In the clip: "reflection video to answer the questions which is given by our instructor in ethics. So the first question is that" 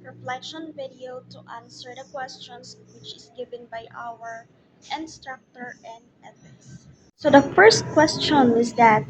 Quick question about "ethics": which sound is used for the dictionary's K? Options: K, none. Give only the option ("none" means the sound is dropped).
none